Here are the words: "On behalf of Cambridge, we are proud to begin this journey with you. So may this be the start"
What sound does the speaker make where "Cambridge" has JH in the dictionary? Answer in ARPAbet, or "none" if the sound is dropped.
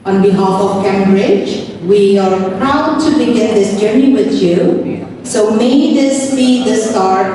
JH